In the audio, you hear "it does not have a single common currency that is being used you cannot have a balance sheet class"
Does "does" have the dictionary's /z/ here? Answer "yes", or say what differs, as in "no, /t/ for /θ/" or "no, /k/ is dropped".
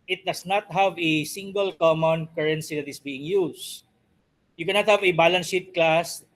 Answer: no, /s/ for /z/